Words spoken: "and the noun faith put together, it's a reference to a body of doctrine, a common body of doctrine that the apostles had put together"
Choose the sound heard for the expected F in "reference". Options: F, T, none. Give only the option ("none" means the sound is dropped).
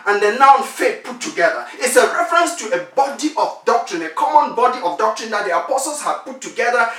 F